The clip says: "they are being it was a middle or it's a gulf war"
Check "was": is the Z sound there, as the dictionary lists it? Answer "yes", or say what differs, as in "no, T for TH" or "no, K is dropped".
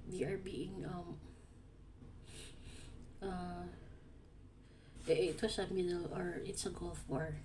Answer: no, S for Z